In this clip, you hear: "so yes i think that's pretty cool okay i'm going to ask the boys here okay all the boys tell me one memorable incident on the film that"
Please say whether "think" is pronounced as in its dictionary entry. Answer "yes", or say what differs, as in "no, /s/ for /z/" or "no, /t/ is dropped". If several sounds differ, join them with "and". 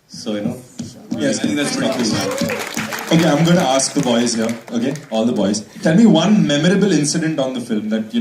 no, /s/ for /θ/